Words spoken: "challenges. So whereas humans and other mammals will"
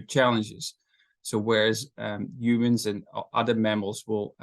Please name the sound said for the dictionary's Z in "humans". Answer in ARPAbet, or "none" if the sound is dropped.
Z